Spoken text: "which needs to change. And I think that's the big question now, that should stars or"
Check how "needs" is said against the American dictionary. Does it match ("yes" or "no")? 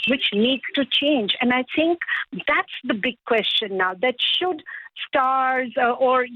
no